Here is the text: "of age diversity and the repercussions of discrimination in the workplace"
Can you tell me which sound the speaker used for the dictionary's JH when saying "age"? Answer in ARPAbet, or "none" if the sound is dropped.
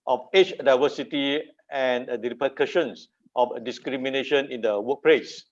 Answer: CH